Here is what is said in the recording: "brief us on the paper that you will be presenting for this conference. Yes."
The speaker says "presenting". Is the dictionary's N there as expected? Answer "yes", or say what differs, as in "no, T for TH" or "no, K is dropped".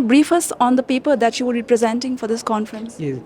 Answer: yes